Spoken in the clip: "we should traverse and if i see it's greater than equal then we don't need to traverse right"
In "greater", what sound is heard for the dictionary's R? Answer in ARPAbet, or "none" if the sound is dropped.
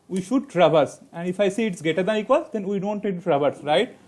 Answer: none